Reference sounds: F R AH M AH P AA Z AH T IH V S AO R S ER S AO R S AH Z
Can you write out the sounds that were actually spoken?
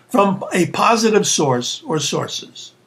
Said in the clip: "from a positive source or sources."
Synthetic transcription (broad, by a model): F R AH M AH P AA Z AH T IH V S AO R S ER S AO R S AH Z